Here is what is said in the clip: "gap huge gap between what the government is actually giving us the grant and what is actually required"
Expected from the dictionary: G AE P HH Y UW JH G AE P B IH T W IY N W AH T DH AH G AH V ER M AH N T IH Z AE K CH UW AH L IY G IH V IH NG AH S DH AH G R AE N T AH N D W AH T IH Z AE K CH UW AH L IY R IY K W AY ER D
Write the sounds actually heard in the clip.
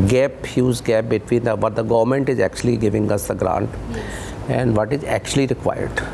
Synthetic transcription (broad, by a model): G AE P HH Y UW Z G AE P B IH T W IY N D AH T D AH G AH V ER M AH N T IH Z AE K CH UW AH L IY G IH V IH NG AH S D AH G R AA N T AH N D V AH T IH Z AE K CH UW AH L IY R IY K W AY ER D